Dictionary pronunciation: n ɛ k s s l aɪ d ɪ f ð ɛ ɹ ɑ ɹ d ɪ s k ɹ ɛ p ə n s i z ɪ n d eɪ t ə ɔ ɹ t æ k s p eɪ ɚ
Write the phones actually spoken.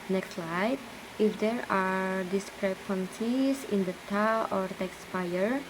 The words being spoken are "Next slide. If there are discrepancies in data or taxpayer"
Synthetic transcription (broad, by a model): n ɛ k s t l aɪ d ɪ f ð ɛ ɹ ɑ ɹ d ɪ s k ɹ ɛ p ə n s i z ɪ n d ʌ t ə ɔ ɹ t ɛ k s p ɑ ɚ